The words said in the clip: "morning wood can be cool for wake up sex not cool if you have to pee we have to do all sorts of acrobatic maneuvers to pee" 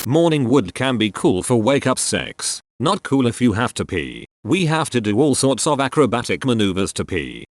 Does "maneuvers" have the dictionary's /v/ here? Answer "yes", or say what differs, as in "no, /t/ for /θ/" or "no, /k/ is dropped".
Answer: yes